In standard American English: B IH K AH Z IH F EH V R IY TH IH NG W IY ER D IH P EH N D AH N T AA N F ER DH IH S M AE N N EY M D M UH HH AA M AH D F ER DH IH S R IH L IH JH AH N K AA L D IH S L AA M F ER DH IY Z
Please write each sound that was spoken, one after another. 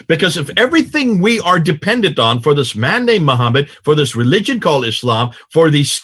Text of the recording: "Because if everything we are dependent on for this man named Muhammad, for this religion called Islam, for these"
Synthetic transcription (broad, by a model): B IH K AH Z IH F EH V R IY TH IH NG W IY ER D IH P EH N D AH N T N F ER DH IH S M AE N N EY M M UH HH AA M AH D F ER DH IH S R IH L IH JH AH N K AA L D IH S L AA M F ER DH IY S